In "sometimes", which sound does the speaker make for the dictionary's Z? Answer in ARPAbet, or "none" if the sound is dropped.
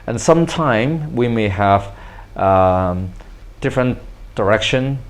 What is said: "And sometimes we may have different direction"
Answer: none